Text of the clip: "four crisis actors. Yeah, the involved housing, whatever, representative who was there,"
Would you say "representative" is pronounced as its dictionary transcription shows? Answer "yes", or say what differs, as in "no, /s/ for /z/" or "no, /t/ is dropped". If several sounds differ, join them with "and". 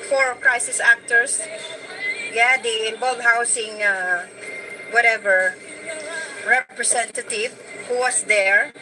no, /s/ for /z/